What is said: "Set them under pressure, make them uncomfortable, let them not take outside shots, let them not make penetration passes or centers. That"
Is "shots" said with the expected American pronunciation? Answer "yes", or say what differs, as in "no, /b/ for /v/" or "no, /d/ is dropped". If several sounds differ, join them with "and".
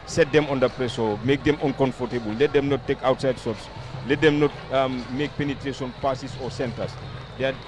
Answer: no, /s/ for /ʃ/